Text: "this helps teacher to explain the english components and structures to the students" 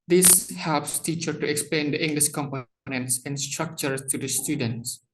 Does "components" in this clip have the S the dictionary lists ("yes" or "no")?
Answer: yes